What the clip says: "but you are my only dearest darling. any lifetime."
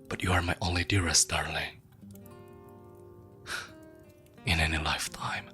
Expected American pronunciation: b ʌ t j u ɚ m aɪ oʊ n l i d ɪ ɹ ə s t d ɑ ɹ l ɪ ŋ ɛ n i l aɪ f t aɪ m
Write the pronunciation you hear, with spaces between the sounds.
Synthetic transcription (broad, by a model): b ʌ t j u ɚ m aɪ oʊ n l i d ɪ ɹ ə s t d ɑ ɹ l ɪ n ɛ n i l aɪ f t aɪ m